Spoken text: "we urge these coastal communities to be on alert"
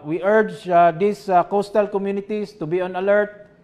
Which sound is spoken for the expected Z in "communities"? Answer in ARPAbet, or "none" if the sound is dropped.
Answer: S